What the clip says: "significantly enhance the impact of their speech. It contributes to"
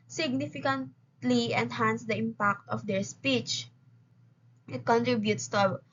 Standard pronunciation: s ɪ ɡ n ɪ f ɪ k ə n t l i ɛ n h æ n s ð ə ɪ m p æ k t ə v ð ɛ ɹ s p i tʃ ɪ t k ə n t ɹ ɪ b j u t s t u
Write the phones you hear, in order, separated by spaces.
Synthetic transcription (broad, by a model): s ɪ ɡ n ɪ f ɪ k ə n t l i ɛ n h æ n s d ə ɪ m p æ k t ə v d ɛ ɹ s p i tʃ ɪ t k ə n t ɹ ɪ b j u t s t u